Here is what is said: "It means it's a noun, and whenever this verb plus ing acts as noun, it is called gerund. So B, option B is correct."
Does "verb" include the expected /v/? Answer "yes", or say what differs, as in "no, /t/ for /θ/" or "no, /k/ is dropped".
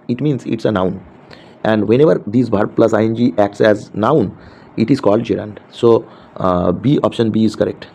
no, /b/ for /v/